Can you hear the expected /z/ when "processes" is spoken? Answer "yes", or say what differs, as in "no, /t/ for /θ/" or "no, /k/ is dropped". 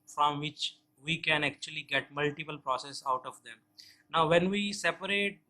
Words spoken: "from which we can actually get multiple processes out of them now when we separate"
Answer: no, /z/ is dropped